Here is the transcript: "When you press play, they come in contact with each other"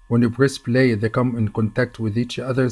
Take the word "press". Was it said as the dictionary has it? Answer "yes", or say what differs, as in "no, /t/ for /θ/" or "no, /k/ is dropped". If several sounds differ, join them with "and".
no, /b/ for /p/